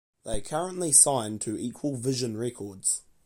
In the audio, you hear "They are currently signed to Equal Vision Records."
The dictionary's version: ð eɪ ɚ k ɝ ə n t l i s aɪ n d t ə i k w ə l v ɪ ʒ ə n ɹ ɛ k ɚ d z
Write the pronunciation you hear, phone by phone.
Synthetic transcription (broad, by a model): ð eɪ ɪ k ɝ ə n t l i s aɪ n t ə i k w ə l v ɪ ʒ ə n ɹ ɛ k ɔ d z